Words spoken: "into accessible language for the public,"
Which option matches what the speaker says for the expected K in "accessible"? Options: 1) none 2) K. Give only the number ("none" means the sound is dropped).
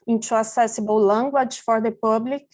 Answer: 1